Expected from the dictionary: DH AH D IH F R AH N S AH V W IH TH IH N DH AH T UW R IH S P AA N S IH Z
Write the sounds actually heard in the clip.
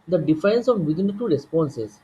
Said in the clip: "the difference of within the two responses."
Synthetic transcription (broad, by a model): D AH D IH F AH N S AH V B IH T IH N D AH T UW R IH S P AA N S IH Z